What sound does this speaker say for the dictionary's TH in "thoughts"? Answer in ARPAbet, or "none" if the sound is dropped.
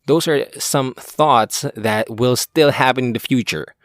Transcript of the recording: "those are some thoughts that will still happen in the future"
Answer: TH